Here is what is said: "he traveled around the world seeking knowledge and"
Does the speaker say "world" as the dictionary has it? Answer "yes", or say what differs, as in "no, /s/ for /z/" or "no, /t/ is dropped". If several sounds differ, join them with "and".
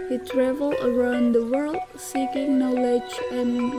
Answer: yes